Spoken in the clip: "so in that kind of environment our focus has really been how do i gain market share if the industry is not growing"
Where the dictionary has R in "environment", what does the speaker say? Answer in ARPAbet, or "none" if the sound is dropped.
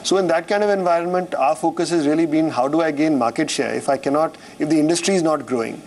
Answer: R